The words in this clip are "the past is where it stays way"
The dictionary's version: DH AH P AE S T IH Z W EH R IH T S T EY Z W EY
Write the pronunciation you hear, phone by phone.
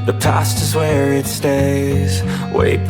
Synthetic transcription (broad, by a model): DH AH P AE S T IH Z W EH R IH T S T EY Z W EY